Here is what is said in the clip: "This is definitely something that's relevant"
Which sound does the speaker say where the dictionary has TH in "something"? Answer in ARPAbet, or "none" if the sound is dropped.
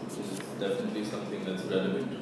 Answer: TH